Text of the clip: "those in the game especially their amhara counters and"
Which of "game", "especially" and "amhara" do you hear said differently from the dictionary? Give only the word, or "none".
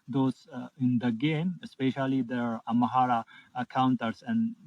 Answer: amhara